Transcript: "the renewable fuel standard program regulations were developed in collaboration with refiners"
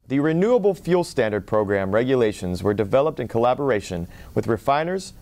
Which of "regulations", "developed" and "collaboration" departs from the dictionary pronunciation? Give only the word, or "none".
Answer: none